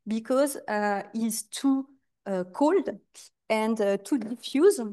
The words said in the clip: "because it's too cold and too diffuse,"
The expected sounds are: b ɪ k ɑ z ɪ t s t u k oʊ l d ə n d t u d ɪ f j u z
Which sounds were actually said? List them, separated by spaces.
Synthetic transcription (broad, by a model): b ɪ k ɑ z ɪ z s t u k oʊ l d ə n d t u d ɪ f j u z